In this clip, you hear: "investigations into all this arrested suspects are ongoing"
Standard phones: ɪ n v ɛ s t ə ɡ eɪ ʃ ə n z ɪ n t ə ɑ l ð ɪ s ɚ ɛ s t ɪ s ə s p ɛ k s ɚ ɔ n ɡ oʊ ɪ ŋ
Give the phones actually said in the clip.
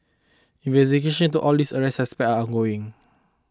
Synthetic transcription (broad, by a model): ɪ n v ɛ s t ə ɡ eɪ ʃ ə n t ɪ t ɑ l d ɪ s ɚ ɛ s t ɪ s s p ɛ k ɑ ɔ n ɡ oʊ ɪ ŋ